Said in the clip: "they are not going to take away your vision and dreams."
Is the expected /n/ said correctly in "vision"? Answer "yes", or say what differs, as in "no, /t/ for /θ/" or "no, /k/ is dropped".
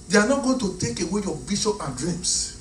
no, /n/ is dropped